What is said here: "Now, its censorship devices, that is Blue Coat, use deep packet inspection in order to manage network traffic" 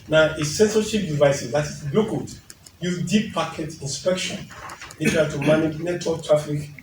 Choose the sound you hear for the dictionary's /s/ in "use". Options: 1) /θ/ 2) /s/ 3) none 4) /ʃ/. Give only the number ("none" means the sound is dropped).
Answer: 3